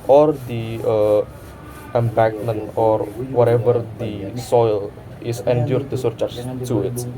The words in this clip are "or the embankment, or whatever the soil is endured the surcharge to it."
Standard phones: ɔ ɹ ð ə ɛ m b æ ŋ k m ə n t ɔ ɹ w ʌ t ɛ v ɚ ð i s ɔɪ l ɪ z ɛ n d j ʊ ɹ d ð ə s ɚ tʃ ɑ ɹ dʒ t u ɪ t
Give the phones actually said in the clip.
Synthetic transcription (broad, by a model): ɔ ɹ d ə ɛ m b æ k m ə n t ɔ ɹ w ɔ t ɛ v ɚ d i s ɔɪ l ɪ s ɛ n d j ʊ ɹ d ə s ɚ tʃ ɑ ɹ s t u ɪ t